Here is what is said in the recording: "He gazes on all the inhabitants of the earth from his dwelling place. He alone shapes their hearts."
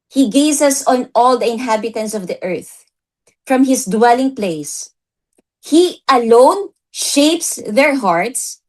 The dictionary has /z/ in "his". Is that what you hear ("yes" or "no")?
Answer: no